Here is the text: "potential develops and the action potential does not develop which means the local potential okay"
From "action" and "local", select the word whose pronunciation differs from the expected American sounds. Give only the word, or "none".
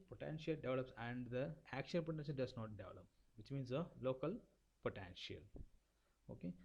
action